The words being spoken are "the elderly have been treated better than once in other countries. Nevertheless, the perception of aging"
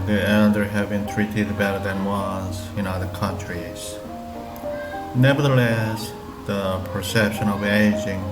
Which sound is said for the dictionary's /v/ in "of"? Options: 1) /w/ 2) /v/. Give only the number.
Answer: 2